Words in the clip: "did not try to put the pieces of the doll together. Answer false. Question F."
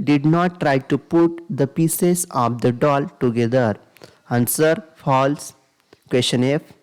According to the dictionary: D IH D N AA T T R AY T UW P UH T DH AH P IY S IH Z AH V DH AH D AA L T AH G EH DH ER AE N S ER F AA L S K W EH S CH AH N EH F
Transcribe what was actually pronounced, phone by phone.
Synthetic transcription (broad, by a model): D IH D N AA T T R AY T UW P UH T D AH P IY S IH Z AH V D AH D AA L T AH G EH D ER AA N S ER F AA L S K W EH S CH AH N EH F